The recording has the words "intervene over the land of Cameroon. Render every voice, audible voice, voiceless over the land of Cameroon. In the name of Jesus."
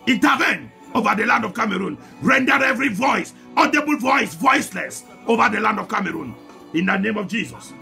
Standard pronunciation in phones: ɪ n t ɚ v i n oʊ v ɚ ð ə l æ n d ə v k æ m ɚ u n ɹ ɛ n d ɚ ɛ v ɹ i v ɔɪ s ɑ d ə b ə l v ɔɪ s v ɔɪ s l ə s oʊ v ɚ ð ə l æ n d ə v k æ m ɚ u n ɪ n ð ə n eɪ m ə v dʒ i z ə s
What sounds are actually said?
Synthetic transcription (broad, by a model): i n t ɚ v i n oʊ v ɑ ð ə l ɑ n d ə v k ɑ m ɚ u n ɹ ɛ n d ɚ ɛ v ɹ i v ɔɪ s ɑ d ə b ə l v ɔɪ s v ɔɪ s l ə s oʊ v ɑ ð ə l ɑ n d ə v k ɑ m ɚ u n ɪ n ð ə n eɪ m ə v dʒ i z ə s